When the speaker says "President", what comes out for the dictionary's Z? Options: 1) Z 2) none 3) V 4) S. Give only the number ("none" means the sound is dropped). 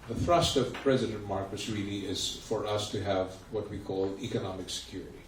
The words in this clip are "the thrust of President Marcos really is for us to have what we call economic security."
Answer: 1